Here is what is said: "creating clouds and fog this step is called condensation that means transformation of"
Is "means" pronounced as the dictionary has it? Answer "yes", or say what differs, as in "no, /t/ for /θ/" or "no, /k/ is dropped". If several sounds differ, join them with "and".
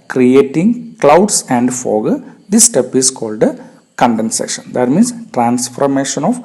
no, /s/ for /z/